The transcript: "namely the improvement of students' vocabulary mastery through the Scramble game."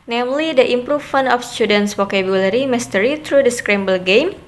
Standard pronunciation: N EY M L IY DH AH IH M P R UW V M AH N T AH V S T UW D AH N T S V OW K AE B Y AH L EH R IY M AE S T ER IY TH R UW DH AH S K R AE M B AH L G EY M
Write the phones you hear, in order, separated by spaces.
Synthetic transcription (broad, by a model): N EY M L IY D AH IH M P R UW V M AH N AH F S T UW D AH N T S W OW K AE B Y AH L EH R IY M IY S T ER IY T R UW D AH S K R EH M B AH L G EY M